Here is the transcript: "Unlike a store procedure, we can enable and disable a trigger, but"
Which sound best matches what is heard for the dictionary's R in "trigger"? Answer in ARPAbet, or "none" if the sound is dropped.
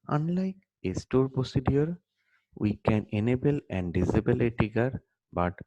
none